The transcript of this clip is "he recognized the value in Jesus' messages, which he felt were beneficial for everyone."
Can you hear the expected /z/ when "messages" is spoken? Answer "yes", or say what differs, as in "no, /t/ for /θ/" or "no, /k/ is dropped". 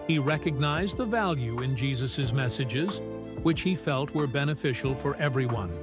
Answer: yes